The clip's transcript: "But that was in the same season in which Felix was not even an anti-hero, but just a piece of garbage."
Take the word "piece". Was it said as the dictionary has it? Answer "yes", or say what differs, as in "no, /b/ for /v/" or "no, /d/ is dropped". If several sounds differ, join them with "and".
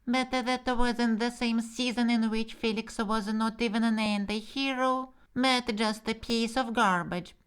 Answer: yes